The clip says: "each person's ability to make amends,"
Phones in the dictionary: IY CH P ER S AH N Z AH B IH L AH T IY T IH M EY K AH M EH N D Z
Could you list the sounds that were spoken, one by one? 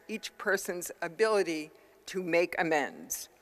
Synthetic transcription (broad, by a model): IY CH P ER S AH N Z AH B IH L AH T IY T IH M EY K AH M EH N D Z